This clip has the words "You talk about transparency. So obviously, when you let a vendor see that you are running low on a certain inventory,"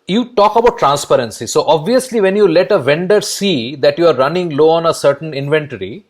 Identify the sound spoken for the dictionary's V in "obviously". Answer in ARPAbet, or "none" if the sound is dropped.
V